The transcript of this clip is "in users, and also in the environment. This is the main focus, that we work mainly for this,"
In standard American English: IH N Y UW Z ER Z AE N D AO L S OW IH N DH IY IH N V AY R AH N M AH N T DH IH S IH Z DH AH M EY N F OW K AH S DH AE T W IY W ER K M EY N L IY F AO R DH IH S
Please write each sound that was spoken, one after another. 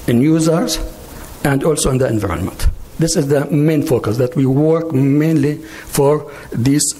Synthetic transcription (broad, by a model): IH N Y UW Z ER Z AE N D AO L S OW IH N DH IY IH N V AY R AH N M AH N T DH IH S IH Z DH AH M EY N F OW K AH S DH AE T W IY W ER K M EY N L IY F AO R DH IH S